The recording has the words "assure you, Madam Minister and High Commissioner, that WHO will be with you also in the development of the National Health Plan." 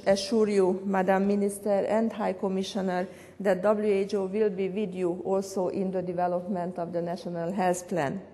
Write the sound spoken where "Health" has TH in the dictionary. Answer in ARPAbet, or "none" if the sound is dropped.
S